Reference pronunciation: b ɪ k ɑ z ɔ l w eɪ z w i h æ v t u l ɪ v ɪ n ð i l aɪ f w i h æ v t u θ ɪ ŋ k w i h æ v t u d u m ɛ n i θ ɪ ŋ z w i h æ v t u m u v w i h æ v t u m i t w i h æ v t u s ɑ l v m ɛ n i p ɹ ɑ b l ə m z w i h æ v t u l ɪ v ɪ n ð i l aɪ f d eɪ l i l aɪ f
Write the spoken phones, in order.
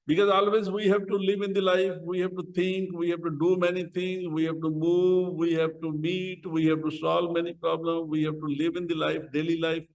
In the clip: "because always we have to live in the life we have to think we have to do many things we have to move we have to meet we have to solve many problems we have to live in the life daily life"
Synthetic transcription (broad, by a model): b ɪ k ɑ z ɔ l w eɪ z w i h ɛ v t u l ɪ v ɪ n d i l aɪ f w i h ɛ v t u t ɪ ŋ k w i h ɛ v t u d u m ɛ n i t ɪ ŋ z w i h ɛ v t u m u v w i h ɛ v t u m i t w i h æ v t u s ɑ l v m ɛ n i p ɹ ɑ b l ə m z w i h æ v t u l ɪ v ɪ n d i l aɪ f d eɪ l i l aɪ f